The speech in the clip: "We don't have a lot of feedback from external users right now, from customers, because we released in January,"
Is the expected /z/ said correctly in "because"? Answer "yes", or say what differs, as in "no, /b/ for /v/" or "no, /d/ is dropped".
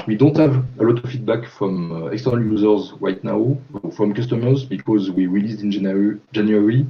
yes